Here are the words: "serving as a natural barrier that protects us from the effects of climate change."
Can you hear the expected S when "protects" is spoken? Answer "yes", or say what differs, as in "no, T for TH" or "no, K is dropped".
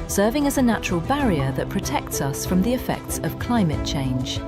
yes